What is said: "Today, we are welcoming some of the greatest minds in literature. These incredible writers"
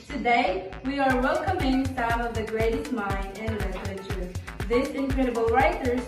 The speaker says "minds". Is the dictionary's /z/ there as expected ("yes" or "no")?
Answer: no